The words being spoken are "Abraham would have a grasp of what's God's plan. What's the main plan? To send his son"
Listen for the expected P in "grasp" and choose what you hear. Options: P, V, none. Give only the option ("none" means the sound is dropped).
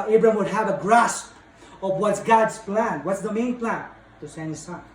P